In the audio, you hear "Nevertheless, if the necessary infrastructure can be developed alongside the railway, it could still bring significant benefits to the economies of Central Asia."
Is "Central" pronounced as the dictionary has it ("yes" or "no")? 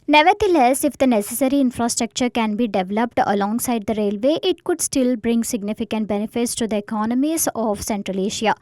yes